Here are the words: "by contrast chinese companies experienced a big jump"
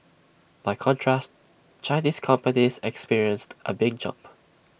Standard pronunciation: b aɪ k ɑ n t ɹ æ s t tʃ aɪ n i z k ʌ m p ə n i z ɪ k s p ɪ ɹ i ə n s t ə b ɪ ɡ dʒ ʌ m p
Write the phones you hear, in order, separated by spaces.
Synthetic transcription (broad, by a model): b aɪ k ɑ n t ɹ æ s t tʃ aɪ n i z k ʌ m p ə n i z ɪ k s p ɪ ɹ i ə n s t ə b ɪ ɡ dʒ ʌ m p